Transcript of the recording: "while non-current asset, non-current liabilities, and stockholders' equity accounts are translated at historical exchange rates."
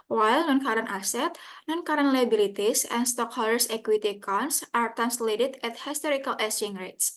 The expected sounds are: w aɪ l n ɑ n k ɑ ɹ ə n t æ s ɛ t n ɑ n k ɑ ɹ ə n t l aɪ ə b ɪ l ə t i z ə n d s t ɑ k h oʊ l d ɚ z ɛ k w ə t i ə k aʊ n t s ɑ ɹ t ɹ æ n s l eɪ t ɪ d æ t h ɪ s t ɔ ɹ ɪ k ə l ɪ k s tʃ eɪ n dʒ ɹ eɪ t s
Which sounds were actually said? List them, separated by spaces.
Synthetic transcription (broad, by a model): w aɪ l n ɑ n k ɑ ɹ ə n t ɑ s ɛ t n ɑ n k ɑ ɹ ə n l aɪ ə b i l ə t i s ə n s t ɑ k h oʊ l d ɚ s ɛ k w ə t i k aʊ n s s ɑ ɹ t æ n s l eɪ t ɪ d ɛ t h ɪ s t ɔ ɹ ɪ k ə l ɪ s eɪ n ɹ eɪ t s